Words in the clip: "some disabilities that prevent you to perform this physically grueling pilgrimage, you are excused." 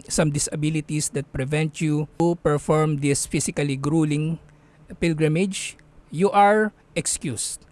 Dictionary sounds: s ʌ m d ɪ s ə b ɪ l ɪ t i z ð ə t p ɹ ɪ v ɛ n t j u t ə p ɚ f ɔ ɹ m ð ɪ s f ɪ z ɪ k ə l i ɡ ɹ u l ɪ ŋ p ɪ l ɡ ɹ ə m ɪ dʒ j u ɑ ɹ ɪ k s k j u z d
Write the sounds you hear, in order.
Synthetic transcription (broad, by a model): s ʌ m d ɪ s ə b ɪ l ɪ t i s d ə t p ɹ ɪ v ɛ n t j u p ɚ f ɔ ɹ m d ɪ s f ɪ s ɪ k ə l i ɡ ɹ u l ɪ ŋ p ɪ l ɡ ɹ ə m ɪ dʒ j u ɑ ɹ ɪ k s k j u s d